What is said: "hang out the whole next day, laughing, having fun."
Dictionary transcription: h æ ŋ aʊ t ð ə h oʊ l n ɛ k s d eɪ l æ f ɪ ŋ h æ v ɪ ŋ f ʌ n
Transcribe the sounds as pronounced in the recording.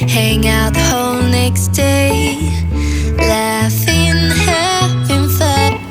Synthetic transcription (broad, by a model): h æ ŋ aʊ t h oʊ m n ɛ k s d eɪ l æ f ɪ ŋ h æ f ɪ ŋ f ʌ